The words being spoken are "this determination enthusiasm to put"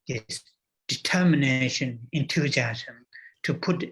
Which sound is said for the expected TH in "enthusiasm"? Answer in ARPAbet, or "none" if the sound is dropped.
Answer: T